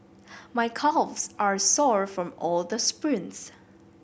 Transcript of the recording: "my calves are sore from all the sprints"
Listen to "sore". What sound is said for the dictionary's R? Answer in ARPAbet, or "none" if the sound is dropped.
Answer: R